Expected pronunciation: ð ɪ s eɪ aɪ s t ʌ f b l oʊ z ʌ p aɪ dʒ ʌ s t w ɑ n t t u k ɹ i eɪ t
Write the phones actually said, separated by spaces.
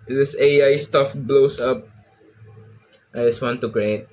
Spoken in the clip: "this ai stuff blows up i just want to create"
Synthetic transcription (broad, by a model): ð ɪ s eɪ aɪ s t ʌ f b l oʊ s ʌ p aɪ dʒ ʌ s t w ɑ n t t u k ɹ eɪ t